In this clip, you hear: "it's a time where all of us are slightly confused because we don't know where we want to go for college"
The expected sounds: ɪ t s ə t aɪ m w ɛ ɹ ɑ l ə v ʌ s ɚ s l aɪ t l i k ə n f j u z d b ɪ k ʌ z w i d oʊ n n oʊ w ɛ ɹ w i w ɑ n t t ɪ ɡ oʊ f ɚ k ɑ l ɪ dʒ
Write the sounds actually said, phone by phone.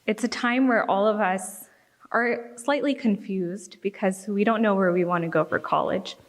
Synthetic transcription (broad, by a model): ɪ t s ə t aɪ m w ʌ ɹ ɑ l ə v ʌ s ɚ s l aɪ t l i k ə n f j u z d b ɪ k ʌ z w i d oʊ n n oʊ w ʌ ɹ w i w ɑ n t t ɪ ɡ oʊ f ɚ k ɑ l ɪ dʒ